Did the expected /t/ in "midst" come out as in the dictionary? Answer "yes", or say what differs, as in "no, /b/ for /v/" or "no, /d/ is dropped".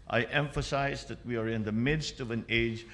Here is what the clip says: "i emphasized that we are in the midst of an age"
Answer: yes